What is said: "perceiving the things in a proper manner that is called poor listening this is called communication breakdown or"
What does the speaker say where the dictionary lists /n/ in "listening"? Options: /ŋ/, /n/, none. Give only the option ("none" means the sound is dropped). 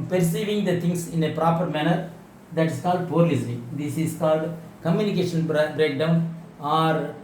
none